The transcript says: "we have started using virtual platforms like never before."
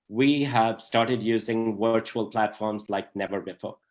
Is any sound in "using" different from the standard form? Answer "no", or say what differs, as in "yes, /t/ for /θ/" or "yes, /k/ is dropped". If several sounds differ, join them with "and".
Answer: no